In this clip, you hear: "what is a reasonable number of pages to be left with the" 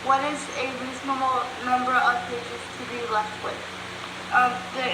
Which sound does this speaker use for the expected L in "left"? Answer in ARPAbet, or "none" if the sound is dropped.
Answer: L